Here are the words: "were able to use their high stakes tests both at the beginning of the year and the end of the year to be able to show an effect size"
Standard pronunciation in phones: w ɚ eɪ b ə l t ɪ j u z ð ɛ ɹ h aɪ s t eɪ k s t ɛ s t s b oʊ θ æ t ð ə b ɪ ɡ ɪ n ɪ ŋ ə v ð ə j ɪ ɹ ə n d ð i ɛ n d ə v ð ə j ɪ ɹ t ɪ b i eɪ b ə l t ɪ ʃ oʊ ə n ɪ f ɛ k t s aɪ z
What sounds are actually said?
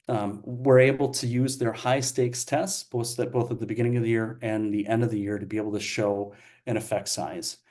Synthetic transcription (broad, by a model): w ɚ eɪ b l t ɪ j u z ð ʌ ɹ h aɪ s t eɪ k s t ɛ s t s b oʊ θ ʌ t ð ə b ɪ ɡ ɪ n ɪ ŋ ə v ð ə j ɪ ɹ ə n ð i ɛ n d ə v ð ə j ɪ ɹ t ɪ b i eɪ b l t ɪ ʃ oʊ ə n ɪ f ɛ k t s aɪ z